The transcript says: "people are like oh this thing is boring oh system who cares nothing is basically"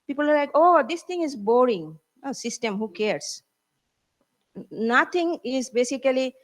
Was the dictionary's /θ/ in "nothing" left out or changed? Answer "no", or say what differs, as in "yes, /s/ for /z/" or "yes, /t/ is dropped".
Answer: yes, /t/ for /θ/